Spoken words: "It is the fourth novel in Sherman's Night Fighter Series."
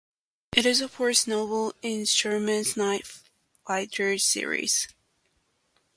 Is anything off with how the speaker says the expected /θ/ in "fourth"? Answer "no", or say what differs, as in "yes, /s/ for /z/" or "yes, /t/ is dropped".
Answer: yes, /s/ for /θ/